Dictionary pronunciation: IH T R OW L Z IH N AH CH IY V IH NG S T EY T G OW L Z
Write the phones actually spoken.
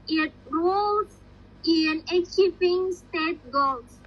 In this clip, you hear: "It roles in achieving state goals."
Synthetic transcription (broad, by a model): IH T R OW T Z IH N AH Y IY P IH NG S T EY T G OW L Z